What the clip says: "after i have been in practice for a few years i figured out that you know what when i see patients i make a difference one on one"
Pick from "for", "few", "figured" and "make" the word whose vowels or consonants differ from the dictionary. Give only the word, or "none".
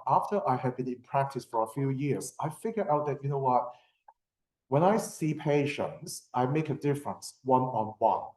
figured